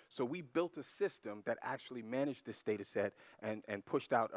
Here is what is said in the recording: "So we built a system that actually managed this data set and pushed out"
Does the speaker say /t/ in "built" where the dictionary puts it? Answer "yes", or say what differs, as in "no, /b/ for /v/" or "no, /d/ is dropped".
yes